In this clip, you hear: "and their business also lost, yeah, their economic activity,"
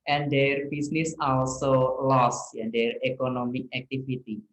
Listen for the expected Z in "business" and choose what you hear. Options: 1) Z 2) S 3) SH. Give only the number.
2